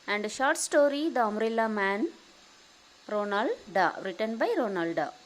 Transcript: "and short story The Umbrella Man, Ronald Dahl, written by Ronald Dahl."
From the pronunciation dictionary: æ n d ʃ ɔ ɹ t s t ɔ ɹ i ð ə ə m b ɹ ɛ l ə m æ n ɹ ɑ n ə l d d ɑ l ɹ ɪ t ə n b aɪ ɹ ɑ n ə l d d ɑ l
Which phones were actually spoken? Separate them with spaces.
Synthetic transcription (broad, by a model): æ n d ʃ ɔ ɹ t s t ɔ ɹ i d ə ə m ɹ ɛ l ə m æ n ɹ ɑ n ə l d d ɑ ɹ ɪ t ə n b aɪ ɹ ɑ n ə l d d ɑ